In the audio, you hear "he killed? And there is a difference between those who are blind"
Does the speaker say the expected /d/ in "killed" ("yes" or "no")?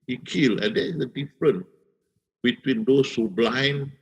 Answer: no